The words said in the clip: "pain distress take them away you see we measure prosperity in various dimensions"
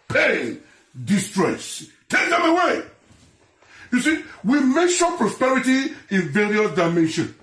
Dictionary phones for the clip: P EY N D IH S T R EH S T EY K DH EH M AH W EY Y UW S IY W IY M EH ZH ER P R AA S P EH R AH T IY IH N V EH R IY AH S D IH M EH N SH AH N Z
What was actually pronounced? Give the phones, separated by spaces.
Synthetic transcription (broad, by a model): P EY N D IH S T R EH S T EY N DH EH M AH W EY Y UW S IY W IY M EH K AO P R AA S P EH R AH T IY IH N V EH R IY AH D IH M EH N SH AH N